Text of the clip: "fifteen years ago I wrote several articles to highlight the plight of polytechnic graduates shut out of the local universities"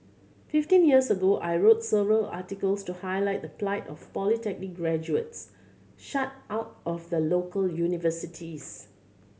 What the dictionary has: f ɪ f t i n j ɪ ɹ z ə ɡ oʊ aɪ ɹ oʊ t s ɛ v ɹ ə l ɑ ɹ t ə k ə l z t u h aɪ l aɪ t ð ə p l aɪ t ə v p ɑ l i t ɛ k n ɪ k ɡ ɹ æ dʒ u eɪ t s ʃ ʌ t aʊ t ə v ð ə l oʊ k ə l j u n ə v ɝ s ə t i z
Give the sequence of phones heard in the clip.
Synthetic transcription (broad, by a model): f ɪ f t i n j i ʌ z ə ɡ oʊ aɪ ɹ oʊ t s ɛ v ɹ ə l ɑ t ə k ə l s t u h aɪ l aɪ t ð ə p l aɪ t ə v p ɑ l i t ɛ k n ɪ k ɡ ɹ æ dʒ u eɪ t s ʃ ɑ t aʊ t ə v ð ə l oʊ k ə l j u n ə v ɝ s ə t i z